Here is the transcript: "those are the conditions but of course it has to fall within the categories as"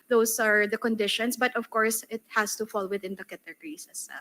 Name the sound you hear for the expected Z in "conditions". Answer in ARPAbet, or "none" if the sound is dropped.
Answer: S